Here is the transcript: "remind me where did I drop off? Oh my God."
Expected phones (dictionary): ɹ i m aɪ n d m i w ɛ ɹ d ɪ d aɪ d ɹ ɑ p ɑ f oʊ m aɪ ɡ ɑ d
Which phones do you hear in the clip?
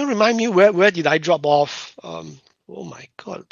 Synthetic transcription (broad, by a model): ɹ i m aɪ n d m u w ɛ w d ɪ d aɪ d ɹ ɑ p ɑ f oʊ m aɪ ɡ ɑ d